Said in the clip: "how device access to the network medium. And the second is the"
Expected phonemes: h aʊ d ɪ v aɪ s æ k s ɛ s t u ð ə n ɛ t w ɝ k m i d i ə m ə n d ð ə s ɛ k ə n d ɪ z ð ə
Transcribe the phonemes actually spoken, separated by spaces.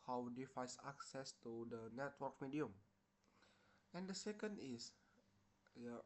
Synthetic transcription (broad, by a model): h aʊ d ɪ f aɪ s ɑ k s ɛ s t u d ə n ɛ t w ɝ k m i d i ə m ə n d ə s ɛ k ə n d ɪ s